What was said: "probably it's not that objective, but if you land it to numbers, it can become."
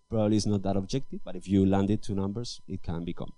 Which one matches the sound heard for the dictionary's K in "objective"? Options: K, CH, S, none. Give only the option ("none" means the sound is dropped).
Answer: K